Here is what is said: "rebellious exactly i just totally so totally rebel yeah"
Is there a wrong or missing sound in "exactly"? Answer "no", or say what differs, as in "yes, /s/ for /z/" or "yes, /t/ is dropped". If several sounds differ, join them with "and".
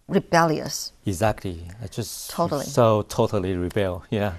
no